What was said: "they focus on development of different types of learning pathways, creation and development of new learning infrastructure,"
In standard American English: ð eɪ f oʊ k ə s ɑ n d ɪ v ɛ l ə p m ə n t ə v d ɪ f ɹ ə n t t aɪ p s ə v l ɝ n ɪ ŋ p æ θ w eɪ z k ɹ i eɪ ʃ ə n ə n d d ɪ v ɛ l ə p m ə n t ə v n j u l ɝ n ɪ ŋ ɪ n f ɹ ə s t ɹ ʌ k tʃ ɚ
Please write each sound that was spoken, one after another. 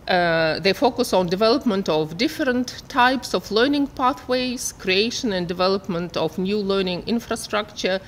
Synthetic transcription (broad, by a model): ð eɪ f oʊ k ə s ɑ n d ɪ v ɛ l ə p m ə n t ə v d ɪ f ɹ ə n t t aɪ p s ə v l ɝ n ɪ ŋ p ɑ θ w eɪ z k ɹ i eɪ ʃ ə n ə n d d ɪ v ɛ l ə p m ə n t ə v n j u l ɝ n ɪ ŋ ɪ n f ɹ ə s t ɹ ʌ k tʃ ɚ